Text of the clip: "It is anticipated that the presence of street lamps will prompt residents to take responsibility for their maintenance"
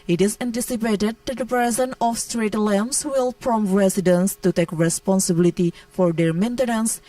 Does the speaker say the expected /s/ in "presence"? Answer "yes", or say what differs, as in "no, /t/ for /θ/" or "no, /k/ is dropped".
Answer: no, /s/ is dropped